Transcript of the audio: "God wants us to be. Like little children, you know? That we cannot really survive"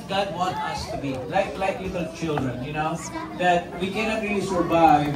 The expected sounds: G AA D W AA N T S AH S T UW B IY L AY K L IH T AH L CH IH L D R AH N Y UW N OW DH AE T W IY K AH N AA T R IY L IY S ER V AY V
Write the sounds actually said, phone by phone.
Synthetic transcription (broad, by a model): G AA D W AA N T AH S T UW B IY L AY K L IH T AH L CH IH L D R AH N Y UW N OW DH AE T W IY K AH N AA T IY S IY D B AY